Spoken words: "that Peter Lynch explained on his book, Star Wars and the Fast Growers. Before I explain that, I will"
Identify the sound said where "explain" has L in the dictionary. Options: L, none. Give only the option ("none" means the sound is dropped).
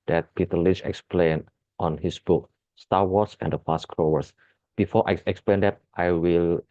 L